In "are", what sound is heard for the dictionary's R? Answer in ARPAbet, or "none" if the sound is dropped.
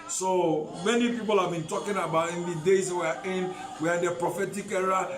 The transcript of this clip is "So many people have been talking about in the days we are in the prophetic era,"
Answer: W